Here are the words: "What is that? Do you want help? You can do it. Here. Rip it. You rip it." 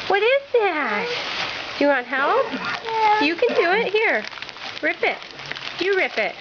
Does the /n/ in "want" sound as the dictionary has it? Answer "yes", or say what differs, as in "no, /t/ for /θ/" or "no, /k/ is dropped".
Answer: no, /n/ is dropped